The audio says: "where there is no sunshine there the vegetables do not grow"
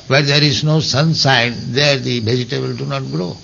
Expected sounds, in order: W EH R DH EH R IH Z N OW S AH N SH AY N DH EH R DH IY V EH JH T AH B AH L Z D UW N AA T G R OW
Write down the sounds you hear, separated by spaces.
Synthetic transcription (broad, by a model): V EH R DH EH R IH Z N OW S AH N S AY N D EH R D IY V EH JH T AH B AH L D UW N AA T G R OW